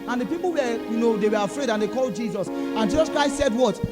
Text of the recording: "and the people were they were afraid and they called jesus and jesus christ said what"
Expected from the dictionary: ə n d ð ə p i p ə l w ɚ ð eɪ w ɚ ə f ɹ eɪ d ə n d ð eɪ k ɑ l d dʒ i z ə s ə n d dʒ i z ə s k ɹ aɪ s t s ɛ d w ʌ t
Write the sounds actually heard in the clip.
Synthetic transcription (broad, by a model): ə n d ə p i p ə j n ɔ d eɪ w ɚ ə f ɹ eɪ d ə n d eɪ k ɑ l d dʒ i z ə s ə n dʒ i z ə s k ɹ aɪ s t s ɛ d w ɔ t